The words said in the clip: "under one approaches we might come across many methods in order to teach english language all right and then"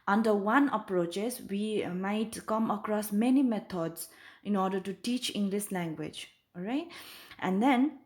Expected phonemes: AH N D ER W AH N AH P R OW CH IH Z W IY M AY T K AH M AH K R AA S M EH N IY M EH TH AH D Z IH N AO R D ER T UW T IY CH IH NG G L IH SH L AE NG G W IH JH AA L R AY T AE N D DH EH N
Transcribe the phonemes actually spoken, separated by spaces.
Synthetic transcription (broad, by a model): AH N D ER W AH N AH P R OW CH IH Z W IY M AY T K AH M AH K R AA S M EH N IY M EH T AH D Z IH N AO R D ER T UW T IY CH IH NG G L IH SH L AE NG G W IH JH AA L R AY T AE N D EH N